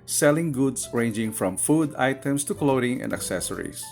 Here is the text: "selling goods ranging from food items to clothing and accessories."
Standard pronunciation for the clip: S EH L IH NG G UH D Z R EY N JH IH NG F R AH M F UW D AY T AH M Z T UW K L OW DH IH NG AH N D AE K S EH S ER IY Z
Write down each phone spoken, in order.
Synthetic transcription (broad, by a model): S EH L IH NG G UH D S R EY N JH IH NG F R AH M F UW D AY T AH M S T UW K L OW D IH NG AH N D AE K S EH S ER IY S